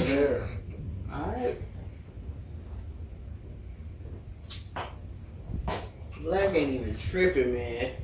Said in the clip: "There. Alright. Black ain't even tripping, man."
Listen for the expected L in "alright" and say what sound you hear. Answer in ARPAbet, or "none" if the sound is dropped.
none